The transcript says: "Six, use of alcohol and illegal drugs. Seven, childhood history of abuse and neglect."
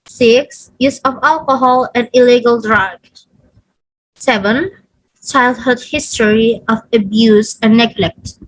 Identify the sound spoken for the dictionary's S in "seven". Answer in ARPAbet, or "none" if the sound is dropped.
S